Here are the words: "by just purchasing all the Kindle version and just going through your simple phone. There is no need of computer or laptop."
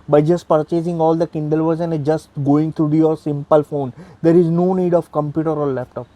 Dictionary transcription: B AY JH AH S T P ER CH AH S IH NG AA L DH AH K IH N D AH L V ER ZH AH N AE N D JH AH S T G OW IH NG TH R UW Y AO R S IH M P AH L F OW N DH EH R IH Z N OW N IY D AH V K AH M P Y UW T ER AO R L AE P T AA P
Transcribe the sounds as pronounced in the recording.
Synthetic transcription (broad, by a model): B AY JH AH S T P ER CH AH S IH NG AA L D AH K IH N D AH L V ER Z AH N N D JH AH S T G OW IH NG T R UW Y AO R S IH M P AH L F OW N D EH R IH Z N OW N IY D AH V K AH M P Y UW T ER AO R L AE P T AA P